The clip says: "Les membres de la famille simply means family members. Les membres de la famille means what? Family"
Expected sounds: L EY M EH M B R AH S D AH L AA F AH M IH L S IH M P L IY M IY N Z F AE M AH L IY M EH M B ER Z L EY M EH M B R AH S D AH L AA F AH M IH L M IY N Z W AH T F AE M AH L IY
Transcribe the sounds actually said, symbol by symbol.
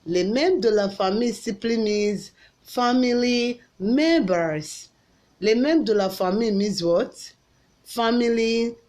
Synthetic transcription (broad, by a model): L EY M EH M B D AH L AA F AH M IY S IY P L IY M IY Z F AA M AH L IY M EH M B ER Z L EY M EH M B D AH L AA F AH M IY M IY Z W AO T F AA M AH L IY